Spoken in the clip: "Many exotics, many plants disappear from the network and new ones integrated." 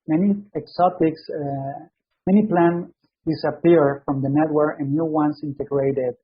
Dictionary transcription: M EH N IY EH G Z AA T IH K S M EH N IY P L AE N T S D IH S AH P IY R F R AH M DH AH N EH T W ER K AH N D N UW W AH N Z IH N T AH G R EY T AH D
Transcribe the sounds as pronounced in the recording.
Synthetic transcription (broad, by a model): M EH N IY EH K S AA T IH K S M EH N IY P L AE N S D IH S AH P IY R F R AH M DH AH N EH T W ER AH N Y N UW W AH N S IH N T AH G R EY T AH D